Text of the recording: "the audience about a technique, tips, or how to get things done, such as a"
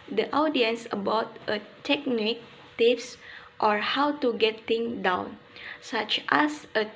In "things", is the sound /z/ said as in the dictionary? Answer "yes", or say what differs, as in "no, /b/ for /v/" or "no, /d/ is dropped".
no, /z/ is dropped